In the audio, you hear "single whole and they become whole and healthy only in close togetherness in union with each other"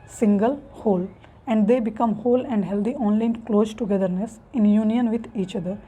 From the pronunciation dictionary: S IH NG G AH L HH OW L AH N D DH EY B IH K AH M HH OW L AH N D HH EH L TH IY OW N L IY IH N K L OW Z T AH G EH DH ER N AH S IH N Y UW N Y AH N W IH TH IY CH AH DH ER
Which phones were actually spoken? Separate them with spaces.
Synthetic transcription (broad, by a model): S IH NG G AH L HH OW L AH N D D EY B IH K AH M HH OW L AH N D HH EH L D IY OW N L IY IH N K L OW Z T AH G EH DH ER N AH S IH N Y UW N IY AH N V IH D IY CH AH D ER